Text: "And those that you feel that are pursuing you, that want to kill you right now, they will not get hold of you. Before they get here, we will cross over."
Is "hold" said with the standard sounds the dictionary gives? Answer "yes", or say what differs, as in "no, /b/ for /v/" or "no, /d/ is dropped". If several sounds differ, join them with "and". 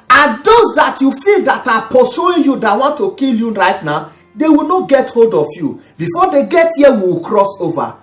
yes